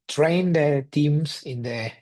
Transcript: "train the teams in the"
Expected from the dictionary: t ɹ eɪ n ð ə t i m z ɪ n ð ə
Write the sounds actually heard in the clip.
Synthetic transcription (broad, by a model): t ɹ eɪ n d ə t i m s ɪ n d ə